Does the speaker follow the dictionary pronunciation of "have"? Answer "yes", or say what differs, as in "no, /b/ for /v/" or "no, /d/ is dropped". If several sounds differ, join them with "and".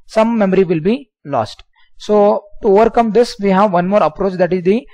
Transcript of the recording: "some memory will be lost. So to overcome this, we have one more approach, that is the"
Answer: yes